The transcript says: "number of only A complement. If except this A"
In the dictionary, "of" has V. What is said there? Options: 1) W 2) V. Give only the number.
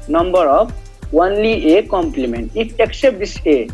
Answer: 1